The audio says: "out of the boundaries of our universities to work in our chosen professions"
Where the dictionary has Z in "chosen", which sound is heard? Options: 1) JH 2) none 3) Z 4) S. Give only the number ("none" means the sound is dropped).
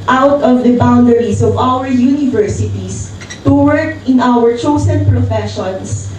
4